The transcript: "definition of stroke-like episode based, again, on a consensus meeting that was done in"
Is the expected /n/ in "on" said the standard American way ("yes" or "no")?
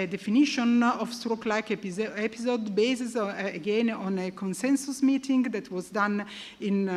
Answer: yes